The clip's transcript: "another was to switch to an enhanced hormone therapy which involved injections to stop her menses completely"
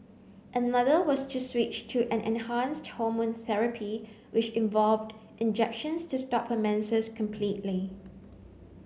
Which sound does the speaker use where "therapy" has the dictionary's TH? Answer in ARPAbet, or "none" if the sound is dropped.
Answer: TH